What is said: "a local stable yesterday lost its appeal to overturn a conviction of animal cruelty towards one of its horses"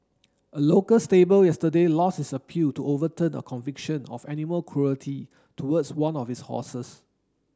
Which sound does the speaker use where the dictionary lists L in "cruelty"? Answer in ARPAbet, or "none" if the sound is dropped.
L